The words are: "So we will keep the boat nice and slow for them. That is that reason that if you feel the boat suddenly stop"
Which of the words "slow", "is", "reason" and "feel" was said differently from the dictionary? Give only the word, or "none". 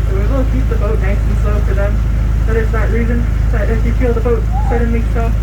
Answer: is